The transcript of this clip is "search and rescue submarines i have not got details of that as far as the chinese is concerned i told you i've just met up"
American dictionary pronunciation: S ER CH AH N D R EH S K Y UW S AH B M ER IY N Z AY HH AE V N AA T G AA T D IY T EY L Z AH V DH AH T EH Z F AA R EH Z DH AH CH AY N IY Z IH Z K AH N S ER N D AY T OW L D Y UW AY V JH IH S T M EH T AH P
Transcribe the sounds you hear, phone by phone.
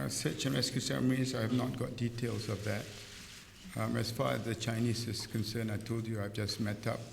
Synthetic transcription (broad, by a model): S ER CH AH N R EH S K Y UW S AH M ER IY Z AY HH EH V N AA T G AA T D IY T EY L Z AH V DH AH T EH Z F AA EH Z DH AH CH AY N IY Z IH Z K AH N S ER N AY T OW L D Y UW AY V JH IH S M EH T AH P